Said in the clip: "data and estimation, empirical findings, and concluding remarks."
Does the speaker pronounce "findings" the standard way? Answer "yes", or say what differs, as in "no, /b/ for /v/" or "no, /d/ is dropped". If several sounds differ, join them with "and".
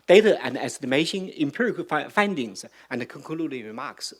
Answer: yes